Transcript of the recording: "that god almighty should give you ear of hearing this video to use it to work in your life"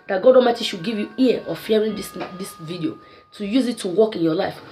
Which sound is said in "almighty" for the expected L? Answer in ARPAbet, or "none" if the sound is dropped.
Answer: none